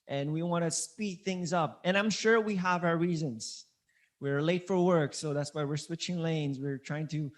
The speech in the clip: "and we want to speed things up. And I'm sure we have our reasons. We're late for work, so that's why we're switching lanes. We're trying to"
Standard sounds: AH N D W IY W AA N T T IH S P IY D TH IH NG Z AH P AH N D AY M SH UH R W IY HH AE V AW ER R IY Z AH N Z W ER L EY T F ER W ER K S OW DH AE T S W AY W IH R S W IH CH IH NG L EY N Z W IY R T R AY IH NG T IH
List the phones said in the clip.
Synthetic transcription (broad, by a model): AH N W IY W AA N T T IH S P IY D TH IH NG Z AH P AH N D AY M SH UH R W IY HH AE V AW ER R IY Z AH N Z W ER L EY T F ER W ER K S OW DH AE T S W AY W IH R S W IH CH IH NG L EY N Z W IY R T R AY IH NG T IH